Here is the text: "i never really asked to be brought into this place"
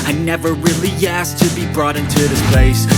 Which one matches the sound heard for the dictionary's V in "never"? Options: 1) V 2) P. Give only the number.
1